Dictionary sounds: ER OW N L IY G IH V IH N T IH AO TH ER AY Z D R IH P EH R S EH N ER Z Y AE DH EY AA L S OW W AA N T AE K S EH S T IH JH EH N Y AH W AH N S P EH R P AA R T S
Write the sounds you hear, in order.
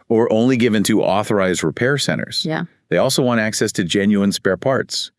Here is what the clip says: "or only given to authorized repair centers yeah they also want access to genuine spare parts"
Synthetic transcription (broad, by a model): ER OW N L IY G IH V IH N T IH AO TH ER AY Z D R IH P EH R S EH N ER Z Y DH EY AA L S OW W AA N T AE K S EH S T IH JH EH N Y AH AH N S P EH R P AA R T S